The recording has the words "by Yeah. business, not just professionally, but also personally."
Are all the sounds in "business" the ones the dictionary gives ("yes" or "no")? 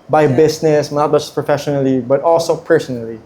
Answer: no